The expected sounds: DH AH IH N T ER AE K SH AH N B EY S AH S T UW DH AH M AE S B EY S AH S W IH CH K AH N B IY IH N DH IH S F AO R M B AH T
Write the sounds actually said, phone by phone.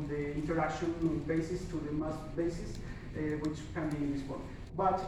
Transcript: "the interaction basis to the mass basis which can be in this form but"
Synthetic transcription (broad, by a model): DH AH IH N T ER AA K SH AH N B EY S AH S T UW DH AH M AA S B EY S AH S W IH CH K AH N B IY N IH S P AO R B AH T